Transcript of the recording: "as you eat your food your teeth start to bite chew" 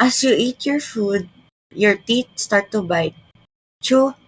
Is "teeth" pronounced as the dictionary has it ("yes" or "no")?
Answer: no